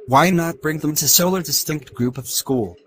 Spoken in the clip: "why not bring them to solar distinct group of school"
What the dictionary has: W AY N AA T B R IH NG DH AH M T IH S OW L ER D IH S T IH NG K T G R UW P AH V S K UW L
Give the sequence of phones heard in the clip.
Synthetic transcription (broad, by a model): W AY N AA T B R IH NG DH AH M T IH S OW L ER D IH S T IH NG K T G R UW P AH V S K UW L